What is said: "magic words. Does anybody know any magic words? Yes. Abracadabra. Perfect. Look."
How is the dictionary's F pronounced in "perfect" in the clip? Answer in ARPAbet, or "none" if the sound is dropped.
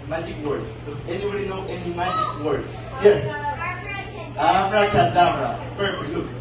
none